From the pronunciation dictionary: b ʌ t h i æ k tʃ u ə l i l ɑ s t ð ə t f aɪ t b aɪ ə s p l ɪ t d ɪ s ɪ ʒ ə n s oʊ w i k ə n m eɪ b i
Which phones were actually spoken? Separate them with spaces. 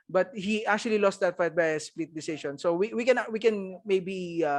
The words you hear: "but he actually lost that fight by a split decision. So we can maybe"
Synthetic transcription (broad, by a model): b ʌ t h i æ k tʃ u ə l i l ɑ s t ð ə t f aɪ t b aɪ s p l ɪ t d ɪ s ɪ ʃ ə n s oʊ w i k ə n m eɪ b i